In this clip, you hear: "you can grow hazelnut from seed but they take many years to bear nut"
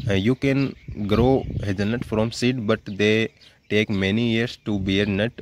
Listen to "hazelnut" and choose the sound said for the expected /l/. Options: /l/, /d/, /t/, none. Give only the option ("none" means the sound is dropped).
none